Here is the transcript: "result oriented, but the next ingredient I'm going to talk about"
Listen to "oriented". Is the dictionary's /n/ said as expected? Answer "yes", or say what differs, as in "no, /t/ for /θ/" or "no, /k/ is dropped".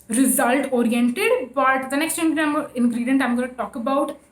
yes